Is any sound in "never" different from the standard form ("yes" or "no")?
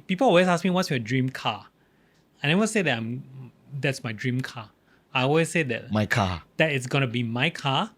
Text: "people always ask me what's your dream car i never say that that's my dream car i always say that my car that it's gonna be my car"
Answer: yes